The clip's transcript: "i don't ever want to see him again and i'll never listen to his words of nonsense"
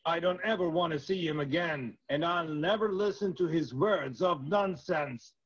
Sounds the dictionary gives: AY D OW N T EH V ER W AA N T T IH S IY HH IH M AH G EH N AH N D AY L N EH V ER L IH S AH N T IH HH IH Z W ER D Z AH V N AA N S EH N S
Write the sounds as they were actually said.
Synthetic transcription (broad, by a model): AY D OW N T EH V ER W AA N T T IH S IY HH IH M AH G EH N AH N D AY L N EH V ER L IH S AH N T IH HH IH Z W ER D Z AH V N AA N S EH N S